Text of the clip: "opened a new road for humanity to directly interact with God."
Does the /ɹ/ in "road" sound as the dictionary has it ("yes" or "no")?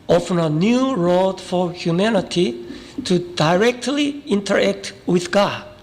yes